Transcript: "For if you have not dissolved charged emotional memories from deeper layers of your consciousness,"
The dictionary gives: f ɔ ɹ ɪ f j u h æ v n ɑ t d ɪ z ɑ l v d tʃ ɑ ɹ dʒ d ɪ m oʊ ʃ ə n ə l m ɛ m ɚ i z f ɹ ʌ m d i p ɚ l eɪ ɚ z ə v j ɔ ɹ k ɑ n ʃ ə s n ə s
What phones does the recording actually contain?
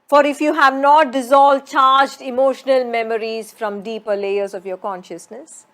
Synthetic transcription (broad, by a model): f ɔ ɹ ɪ f j u h æ v n ɑ t d ɪ z ɑ l v d tʃ ɑ ɹ dʒ d ɪ m oʊ ʃ ə n ə l m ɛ m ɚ i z f ɹ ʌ m d i p ɚ l eɪ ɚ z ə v j ɔ ɹ k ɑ n ʃ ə s n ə s